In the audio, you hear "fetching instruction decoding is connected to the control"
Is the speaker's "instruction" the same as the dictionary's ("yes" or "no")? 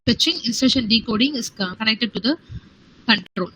no